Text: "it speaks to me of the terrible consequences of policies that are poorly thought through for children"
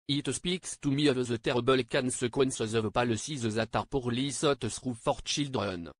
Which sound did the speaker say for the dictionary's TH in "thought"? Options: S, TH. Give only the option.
S